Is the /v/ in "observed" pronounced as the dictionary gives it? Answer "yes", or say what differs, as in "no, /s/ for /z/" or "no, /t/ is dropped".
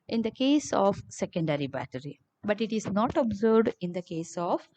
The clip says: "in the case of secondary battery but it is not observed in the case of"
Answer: no, /v/ is dropped